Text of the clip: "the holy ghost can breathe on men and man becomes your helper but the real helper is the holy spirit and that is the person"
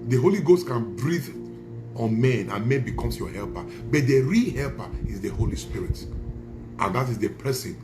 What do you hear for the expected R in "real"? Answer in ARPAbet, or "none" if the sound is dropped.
R